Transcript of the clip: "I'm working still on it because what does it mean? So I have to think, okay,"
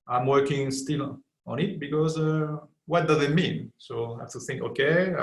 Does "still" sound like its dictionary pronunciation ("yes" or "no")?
yes